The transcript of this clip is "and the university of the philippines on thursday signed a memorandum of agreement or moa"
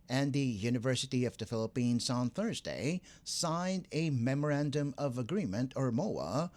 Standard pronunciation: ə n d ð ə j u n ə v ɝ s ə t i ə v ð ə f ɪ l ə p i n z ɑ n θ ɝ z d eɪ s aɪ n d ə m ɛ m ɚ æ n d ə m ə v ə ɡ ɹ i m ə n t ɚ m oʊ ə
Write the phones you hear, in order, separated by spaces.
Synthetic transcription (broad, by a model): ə n ð ə j u n ə v ɝ s ə t i ə v ð ə f ɪ l ə p i n z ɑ n θ ɝ z d eɪ s aɪ n d ə m ɛ m ɚ æ n d ə m ə v ə ɡ ɹ i m ə n t ɚ m oʊ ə